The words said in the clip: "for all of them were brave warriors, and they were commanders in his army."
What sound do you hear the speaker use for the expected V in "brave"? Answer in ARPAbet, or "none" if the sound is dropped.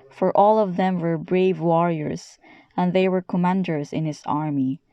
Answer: V